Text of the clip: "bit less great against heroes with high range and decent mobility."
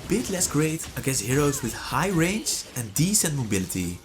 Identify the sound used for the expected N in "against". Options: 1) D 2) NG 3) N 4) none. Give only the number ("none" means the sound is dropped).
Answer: 4